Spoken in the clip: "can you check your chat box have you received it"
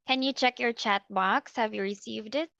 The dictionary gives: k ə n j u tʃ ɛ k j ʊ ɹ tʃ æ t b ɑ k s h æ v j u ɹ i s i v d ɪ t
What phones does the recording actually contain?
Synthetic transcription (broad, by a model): k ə n j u tʃ ɛ k j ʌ ɹ tʃ æ t b ɑ k s h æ v j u ɹ i s i v d ɪ t